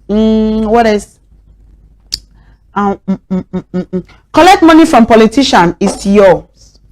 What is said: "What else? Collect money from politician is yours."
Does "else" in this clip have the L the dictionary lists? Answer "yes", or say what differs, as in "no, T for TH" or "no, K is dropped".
no, L is dropped